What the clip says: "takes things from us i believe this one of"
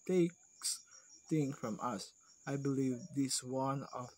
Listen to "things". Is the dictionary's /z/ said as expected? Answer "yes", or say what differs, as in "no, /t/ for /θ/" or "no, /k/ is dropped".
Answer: no, /z/ is dropped